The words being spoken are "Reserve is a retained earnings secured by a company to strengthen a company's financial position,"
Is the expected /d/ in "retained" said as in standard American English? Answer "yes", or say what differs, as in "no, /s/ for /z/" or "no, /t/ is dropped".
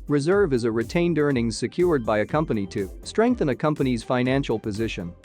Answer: yes